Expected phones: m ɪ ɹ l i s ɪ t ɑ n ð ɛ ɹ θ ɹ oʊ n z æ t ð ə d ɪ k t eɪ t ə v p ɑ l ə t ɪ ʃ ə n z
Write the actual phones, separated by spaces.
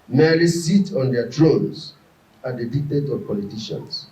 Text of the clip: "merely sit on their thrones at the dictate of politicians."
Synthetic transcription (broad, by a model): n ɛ l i s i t ɑ n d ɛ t ɹ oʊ n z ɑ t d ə d ɪ k t eɪ t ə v p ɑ l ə t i ʃ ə n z